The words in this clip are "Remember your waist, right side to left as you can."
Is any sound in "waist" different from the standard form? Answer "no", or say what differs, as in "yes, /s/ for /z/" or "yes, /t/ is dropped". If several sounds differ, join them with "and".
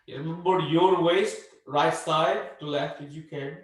no